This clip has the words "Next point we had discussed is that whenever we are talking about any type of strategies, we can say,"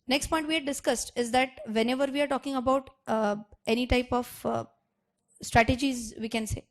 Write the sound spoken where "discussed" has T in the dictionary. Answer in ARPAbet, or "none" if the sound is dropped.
T